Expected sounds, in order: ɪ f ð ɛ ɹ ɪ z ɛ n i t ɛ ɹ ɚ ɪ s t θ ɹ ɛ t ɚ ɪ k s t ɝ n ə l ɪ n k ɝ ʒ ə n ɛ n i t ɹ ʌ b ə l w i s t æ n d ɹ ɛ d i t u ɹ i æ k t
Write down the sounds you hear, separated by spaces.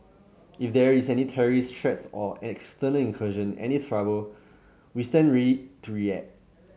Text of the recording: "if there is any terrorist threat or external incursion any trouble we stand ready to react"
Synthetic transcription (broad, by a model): ɪ f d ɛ ɹ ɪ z ɛ n i t ɛ ɹ ɚ ɪ s t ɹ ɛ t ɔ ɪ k s t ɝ n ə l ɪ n k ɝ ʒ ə n ɛ n i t ɹ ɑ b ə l w i s t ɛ n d ɹ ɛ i t u ɹ i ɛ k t